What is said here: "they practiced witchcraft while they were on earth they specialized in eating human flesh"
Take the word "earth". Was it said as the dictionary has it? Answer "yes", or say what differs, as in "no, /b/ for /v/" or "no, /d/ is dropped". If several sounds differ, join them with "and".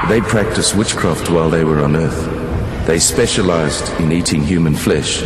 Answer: yes